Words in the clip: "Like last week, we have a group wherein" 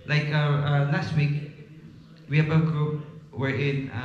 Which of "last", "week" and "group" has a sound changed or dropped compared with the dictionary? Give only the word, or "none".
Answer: none